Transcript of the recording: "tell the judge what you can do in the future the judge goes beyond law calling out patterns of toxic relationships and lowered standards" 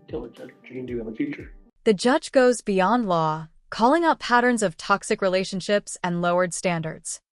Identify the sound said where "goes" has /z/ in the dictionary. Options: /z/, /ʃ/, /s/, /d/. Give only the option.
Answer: /z/